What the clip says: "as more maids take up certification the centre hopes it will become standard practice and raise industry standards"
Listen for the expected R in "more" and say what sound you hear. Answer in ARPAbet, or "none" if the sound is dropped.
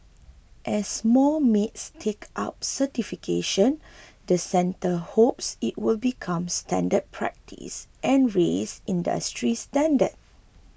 L